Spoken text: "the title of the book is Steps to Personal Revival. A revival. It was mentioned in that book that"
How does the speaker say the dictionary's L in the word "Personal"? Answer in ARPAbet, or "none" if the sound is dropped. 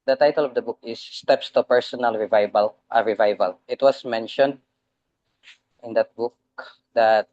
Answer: L